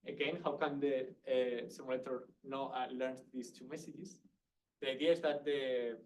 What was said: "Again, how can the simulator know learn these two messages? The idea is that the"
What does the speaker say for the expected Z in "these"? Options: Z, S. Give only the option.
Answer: S